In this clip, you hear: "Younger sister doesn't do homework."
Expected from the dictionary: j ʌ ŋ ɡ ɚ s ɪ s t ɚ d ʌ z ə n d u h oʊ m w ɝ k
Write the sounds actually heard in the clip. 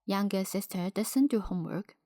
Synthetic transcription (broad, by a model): j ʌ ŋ ɡ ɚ s ɪ s t ɚ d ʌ s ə n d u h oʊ m w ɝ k